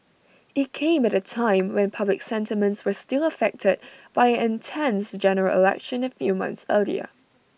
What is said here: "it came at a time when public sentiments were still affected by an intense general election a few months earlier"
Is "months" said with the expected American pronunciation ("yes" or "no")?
yes